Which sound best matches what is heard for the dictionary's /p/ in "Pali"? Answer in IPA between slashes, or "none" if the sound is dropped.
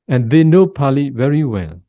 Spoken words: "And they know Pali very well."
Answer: /p/